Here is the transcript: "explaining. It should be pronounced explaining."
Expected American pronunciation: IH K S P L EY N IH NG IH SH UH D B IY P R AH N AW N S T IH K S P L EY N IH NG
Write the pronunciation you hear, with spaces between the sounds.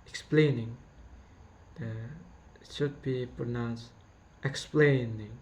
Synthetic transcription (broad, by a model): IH K S P L EY N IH NG IH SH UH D B IY P R AH N AW N S T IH K S P L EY N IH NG